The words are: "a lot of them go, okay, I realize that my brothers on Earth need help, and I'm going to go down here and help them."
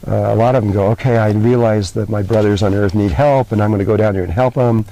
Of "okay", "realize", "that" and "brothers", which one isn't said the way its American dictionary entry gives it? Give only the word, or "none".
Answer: none